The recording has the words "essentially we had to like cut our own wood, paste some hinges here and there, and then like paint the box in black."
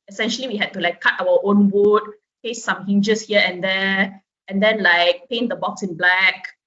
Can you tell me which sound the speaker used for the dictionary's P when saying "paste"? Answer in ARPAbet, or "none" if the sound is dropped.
F